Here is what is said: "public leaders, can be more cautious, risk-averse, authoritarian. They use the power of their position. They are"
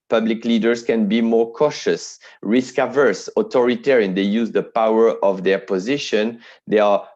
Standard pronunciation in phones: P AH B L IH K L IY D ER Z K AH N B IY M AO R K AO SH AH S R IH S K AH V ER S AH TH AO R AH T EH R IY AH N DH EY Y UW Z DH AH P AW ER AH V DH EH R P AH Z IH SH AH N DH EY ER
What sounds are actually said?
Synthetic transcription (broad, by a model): P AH B L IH K L IY D ER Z K AH N B IY M AO R K AO SH AH S R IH S K AH V ER S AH T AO R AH T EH R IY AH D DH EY Y UW Z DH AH P AW ER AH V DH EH R P AH Z IH SH AH N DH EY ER